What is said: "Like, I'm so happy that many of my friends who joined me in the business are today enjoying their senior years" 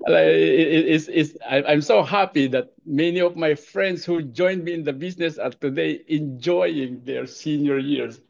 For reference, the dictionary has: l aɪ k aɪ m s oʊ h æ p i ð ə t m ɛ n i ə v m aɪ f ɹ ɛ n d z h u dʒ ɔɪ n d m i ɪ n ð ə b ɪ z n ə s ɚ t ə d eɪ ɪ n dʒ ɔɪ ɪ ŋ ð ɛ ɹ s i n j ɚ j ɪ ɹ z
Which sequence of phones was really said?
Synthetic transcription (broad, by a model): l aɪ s aɪ m s oʊ h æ p i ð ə t m ɛ n i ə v m aɪ f ɹ ɛ n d s h u dʒ ɔɪ n d m i ɪ n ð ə b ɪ s n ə s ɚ t ə d eɪ ɪ n dʒ ɔɪ ɪ ŋ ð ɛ ɹ s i n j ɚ j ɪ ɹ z